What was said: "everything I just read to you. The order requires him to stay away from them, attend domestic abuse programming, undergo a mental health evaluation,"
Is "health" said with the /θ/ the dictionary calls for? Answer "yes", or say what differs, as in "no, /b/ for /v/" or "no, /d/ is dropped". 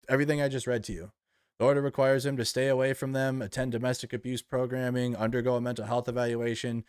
yes